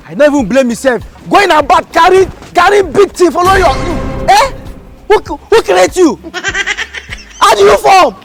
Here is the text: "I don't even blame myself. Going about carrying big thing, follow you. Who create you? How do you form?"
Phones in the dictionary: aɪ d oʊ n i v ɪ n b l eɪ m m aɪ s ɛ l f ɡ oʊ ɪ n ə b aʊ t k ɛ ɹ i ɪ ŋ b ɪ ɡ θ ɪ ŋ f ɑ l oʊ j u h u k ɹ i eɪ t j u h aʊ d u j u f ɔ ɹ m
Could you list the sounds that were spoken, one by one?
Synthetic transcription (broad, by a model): aɪ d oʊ i v ɪ n b l eɪ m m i s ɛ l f ɡ oʊ ɪ n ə b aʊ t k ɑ ɹ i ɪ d b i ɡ t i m f ɑ l oʊ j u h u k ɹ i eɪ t j u h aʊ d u j u f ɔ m